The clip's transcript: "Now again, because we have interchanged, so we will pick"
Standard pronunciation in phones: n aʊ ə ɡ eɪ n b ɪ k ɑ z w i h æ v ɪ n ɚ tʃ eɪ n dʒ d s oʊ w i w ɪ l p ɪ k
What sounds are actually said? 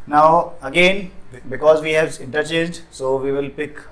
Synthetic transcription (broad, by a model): n aʊ ə ɡ eɪ n b ɪ k ɑ z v i h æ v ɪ n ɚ tʃ eɪ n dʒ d s oʊ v i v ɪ l p ɪ k